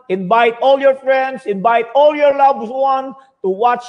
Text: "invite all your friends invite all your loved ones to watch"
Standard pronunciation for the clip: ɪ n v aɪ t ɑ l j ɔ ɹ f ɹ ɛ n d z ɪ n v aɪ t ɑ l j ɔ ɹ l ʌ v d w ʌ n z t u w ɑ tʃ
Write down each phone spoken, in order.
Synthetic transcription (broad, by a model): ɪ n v aɪ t ɑ l j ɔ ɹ f ɹ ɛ n d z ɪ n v aɪ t ɑ l j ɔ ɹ l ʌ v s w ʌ n t u w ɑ tʃ